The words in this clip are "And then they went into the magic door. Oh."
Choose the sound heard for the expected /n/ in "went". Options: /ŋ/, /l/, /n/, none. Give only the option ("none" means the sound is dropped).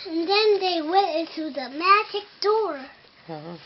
none